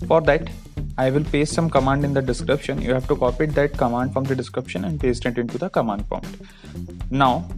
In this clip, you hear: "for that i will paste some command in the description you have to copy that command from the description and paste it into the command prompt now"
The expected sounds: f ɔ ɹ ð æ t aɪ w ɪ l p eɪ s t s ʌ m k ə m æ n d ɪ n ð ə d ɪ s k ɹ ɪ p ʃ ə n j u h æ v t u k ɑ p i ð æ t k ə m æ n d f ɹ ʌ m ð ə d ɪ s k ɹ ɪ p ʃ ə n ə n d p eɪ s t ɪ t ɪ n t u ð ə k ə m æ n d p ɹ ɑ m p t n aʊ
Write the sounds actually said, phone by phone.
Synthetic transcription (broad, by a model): f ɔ ɹ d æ t aɪ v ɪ l p eɪ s s ʌ m k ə m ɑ n d ɪ n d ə d ɪ s k ɹ ɪ p ʃ ə n j u h æ v t u k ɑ p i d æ t k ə m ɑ n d f ɹ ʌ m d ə d ɪ s k ɹ ɪ p ʃ ə n ə n d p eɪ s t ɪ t ɪ n t u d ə k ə m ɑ n d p ɑ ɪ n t n aʊ